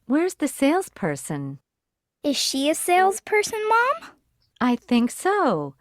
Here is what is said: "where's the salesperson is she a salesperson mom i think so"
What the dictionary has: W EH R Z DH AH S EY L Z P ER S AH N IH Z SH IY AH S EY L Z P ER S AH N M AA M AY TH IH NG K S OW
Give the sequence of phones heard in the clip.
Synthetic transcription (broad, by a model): W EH R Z DH AH S EY L Z P ER S AH N IH Z SH IY AH S EY L Z P ER S AH N M AA M AY TH IH NG K S OW